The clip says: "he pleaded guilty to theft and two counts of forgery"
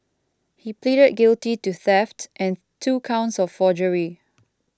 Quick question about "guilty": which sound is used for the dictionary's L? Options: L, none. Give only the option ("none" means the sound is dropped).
L